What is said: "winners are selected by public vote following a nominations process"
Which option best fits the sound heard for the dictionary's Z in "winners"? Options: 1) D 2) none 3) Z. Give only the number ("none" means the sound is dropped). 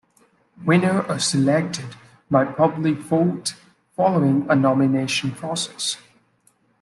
2